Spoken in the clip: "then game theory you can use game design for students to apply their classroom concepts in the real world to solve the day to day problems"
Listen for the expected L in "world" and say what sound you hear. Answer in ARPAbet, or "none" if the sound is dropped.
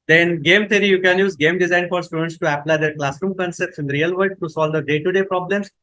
none